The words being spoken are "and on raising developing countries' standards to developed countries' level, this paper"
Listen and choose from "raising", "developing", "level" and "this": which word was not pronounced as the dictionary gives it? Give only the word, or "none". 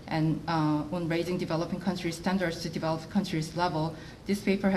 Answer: none